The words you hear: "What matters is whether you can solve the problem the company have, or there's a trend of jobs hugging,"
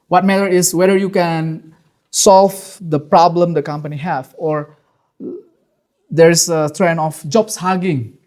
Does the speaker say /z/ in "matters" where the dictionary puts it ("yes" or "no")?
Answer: no